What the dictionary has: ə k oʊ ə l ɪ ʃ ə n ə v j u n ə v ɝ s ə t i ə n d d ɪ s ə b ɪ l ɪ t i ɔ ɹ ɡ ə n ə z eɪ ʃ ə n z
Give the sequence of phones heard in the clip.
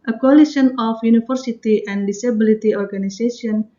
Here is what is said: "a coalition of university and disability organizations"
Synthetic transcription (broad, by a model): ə k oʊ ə l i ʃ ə n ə f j u n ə f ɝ s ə t i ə n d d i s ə b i l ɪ t i ɔ ɹ ɡ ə n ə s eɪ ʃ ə n